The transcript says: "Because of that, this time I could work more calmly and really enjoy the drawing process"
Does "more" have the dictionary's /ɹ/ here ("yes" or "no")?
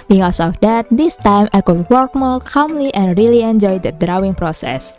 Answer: no